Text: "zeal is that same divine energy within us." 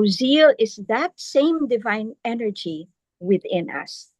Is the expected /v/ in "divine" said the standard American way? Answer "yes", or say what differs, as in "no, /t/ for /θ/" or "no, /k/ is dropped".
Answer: yes